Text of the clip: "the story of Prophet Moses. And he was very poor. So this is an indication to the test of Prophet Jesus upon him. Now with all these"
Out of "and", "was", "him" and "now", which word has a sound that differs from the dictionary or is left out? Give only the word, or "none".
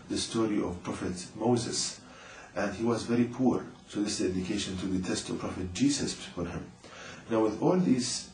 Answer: none